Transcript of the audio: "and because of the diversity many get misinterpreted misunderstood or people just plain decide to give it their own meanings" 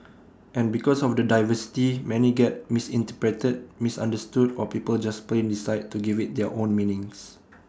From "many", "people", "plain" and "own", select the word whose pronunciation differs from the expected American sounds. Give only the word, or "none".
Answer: none